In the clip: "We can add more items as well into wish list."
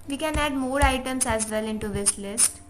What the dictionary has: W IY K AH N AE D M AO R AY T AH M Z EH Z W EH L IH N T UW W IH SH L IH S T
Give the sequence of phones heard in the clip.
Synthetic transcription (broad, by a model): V IY K AH N AE D M AO R AY T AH M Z EH Z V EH L IH N T UW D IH S L IH S T